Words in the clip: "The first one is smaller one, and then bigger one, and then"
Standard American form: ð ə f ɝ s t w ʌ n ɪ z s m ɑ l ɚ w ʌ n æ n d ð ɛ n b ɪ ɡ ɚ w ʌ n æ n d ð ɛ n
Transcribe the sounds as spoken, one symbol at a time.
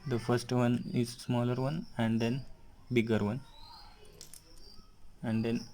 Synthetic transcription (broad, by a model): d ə f ɝ s t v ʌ n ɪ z s m ɑ l ɚ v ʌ n æ n d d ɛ n b ɪ ɡ ɚ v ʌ n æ n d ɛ n